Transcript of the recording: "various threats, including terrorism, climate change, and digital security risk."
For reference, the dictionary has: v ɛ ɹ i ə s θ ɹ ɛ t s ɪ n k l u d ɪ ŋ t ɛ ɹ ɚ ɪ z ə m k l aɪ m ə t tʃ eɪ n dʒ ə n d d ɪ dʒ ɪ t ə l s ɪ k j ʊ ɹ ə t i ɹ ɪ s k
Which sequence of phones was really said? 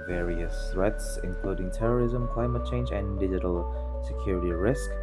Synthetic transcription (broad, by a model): v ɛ ɹ i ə s θ ɹ ɛ t s ɪ n k l u d ɪ ŋ t ɛ ɹ ɚ ɪ z ə m k l aɪ m ə t tʃ eɪ n dʒ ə n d d ɪ dʒ ɪ t ə l s ɪ k j ʊ ɹ ə t i ɹ ɪ s k